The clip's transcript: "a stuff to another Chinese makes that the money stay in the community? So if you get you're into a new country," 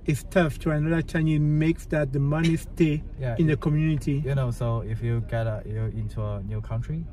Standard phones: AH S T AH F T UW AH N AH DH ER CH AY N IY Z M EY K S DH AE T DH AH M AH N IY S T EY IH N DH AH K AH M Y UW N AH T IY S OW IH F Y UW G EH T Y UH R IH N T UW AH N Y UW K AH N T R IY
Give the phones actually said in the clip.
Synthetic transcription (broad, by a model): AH S T AH F T UW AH N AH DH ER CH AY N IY M EY K S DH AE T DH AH M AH N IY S T EY IH N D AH K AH M Y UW N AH T IY S OW IH F Y UW G EH T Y IH N T UW AH N Y UW K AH N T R IY